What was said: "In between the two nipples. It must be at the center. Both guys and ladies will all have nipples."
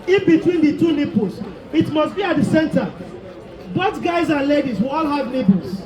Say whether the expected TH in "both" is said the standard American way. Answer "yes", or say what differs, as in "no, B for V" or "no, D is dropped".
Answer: no, T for TH